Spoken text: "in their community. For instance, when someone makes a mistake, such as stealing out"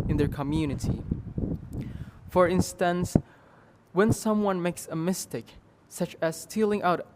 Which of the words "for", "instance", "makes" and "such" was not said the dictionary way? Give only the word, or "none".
none